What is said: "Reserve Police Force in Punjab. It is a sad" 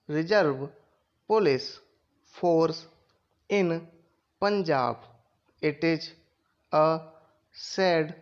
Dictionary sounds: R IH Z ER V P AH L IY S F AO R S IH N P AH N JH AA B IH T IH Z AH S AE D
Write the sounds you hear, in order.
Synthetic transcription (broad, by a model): R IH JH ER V P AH L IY S P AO R S IH N P AH N JH AA B IH T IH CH AH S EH D